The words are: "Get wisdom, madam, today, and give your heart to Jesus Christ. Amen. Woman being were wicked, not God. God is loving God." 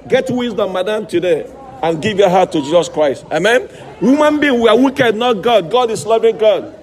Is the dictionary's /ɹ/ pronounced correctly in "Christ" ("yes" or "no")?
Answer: yes